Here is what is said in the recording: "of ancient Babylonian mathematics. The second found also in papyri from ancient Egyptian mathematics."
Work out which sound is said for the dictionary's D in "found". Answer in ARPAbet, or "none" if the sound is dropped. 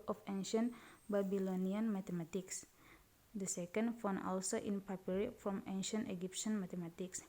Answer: none